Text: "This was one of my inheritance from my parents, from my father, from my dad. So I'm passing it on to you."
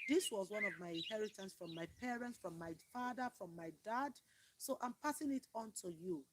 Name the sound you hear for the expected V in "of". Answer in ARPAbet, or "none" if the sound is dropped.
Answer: V